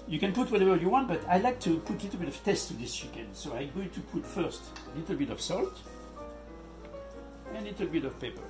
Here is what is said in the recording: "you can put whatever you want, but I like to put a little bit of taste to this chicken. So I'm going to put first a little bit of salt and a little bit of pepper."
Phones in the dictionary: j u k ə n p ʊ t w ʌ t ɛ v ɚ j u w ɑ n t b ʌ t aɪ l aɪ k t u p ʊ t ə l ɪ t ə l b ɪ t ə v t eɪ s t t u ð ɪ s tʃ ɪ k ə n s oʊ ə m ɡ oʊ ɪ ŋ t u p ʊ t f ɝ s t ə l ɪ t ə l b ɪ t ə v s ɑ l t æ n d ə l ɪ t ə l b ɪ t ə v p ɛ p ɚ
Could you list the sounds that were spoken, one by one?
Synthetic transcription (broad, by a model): j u k ə n p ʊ t w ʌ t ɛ v ɚ j u w ɑ n t b ʌ t aɪ l aɪ k t u p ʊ t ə l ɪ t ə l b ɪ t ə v t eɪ s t t u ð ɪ s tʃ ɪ k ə n s oʊ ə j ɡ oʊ t u p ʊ t f ɝ s t ə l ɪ t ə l b ɪ t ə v s ɑ l t ə l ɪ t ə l b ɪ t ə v p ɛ p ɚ